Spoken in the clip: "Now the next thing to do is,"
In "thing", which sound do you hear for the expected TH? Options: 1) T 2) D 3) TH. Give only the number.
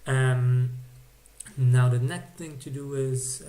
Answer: 3